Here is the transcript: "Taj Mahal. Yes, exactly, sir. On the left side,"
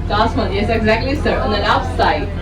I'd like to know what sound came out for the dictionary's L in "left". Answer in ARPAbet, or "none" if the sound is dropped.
N